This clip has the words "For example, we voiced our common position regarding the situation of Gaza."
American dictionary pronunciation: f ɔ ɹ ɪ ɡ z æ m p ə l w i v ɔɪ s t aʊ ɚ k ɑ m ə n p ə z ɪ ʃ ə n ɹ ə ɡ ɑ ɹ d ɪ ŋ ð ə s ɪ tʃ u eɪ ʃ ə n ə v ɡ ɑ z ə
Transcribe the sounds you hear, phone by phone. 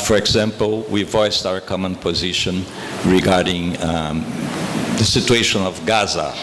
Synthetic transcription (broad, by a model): f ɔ ɹ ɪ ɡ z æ m p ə l w i v ɔɪ s t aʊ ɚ k ɑ m ə n p ə z ɪ ʃ ə n ɹ ə ɡ ɑ ɹ d ɪ ŋ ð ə s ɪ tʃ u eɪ ʃ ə n ə v ɡ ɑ z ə